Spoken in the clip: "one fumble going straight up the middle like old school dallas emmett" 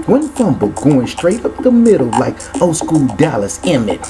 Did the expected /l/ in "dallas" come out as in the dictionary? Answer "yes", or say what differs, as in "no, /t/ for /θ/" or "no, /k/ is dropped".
yes